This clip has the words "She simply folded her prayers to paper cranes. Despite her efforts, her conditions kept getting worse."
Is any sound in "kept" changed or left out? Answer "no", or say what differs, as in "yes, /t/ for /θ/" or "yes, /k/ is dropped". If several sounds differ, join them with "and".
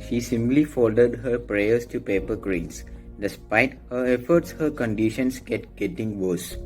yes, /p/ is dropped